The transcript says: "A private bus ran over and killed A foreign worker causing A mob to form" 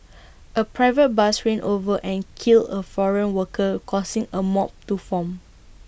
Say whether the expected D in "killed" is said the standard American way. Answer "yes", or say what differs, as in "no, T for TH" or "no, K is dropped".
no, D is dropped